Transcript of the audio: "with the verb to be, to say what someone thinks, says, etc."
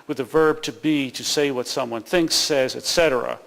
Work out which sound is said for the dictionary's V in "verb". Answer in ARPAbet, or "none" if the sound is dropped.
V